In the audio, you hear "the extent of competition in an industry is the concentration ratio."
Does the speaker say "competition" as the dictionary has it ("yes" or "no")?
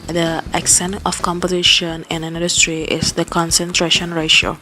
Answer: yes